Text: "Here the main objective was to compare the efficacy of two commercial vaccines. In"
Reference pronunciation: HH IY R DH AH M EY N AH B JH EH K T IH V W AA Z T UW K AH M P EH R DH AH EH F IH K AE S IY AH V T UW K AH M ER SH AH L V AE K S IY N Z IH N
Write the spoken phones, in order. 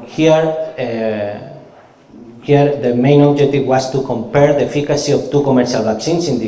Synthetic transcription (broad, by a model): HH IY R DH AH M EY N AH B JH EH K T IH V W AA S T UW K AH M P EH R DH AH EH F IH K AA S IY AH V T UW K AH M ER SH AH L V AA K S IY N S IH N